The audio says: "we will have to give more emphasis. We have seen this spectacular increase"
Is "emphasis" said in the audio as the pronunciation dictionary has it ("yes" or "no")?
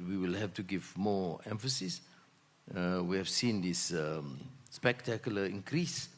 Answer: yes